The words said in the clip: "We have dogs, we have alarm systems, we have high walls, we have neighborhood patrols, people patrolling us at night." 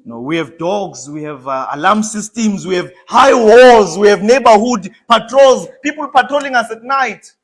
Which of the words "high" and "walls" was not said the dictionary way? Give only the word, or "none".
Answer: walls